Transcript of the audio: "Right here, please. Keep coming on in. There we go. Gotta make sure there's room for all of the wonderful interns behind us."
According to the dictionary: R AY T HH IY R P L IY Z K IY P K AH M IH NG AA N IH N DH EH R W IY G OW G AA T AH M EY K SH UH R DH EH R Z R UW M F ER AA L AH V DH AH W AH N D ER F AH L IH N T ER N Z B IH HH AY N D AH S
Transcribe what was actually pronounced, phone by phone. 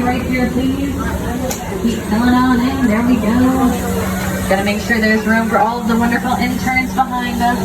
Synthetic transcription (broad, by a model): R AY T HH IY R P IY K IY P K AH IH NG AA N IH N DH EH R W IY G OW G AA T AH M EY K SH UH R DH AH R Z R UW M F ER AA L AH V DH AH W AH N D ER F L IH N T ER N Z B IH HH AY N D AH S